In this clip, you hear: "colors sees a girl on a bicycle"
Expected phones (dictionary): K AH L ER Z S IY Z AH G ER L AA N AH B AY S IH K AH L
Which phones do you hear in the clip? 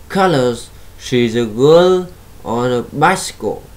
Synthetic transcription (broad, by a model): K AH L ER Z SH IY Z AH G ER L AA N AH B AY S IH K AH